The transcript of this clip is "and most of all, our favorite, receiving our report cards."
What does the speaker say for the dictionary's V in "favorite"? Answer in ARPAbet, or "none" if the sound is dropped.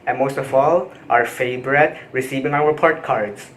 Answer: B